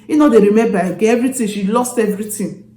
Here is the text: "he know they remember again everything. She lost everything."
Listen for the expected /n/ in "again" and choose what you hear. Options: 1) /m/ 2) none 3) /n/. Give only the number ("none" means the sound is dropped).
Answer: 2